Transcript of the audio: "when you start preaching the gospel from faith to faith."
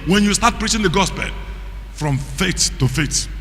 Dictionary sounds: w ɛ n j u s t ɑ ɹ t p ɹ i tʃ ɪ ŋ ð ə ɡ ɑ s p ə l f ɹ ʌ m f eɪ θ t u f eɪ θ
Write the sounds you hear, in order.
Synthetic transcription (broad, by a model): w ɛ n j u s t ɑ t p ɹ i tʃ ɪ ŋ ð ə ɡ ɑ s p ə l f ɹ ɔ m f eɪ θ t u f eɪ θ